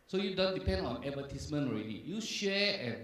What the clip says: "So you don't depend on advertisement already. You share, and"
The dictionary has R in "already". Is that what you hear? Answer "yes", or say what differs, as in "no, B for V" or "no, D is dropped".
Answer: yes